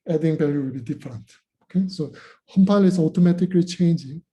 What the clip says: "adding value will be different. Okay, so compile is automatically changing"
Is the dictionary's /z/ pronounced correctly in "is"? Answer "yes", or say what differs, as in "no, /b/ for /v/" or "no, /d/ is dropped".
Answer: no, /s/ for /z/